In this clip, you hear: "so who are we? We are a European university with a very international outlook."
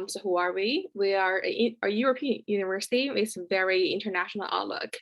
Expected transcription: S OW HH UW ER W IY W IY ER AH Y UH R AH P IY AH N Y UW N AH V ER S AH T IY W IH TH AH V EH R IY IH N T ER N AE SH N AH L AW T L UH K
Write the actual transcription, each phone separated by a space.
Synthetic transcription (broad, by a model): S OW HH UW ER W IY W IY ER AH Y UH R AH P IY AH N Y UW N AH V ER S AH T IY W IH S AH V EH R IY IH N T ER N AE SH N L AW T L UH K